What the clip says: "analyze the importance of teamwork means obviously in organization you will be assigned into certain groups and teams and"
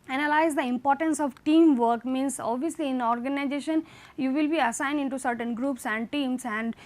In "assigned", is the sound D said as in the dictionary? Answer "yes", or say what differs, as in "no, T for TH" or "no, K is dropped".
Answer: yes